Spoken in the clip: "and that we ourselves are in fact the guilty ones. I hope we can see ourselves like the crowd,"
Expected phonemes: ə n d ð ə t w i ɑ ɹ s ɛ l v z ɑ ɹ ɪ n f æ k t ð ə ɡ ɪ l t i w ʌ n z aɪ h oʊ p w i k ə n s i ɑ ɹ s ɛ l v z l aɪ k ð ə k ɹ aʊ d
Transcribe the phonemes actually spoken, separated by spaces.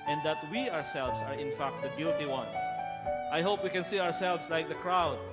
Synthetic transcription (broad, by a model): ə n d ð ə t w i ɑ ɹ s ɛ l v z ɑ ɹ ɪ n f æ k t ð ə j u t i w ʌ n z aɪ h oʊ p w i k ə n s i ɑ ɹ s ɛ l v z l aɪ k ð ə k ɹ aʊ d